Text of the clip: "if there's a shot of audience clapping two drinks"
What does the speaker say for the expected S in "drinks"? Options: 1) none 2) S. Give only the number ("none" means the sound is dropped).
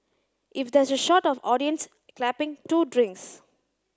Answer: 2